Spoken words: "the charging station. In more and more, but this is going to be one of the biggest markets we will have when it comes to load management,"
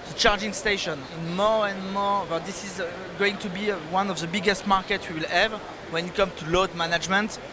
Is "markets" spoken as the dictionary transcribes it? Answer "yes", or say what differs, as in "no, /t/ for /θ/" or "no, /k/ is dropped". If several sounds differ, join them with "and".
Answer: no, /s/ is dropped